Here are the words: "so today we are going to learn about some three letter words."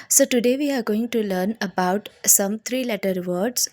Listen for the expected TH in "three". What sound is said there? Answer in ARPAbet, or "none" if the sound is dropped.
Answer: T